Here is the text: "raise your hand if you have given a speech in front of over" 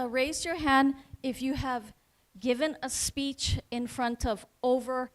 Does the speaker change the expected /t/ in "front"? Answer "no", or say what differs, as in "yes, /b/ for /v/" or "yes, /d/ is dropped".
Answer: no